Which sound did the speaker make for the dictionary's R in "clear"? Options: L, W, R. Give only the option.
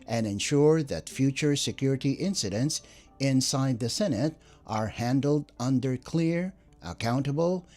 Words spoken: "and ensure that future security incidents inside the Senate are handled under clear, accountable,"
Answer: R